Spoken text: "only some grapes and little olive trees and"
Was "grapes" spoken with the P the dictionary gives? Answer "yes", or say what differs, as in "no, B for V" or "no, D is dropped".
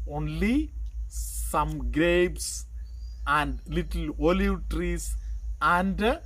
no, B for P